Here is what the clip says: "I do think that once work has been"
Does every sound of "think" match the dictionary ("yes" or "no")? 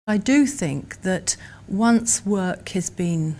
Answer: yes